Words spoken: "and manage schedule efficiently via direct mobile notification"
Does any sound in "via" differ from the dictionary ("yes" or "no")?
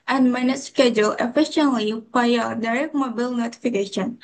yes